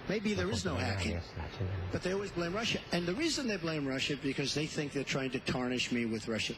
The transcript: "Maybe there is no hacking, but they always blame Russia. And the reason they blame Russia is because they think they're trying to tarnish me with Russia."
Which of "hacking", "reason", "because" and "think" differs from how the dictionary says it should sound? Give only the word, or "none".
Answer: none